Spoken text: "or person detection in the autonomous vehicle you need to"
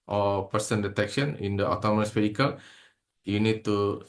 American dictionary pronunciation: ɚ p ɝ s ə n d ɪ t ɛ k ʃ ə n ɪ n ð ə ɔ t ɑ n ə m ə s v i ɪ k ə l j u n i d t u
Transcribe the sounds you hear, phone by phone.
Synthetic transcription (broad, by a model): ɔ p ɝ s ə n d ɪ t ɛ k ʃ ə n ɪ n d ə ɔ t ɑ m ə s f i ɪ k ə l j u n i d t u